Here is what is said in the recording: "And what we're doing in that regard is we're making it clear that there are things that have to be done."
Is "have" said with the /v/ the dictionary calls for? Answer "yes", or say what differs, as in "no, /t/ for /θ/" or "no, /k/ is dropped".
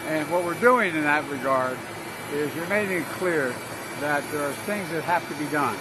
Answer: no, /f/ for /v/